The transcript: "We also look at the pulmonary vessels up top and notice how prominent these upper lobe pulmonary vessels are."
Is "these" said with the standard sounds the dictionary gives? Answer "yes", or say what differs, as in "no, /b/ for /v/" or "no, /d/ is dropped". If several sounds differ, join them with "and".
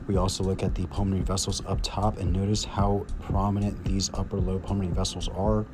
yes